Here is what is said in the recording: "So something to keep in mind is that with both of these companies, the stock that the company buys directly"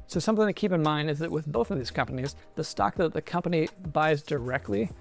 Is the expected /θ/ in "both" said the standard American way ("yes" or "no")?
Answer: yes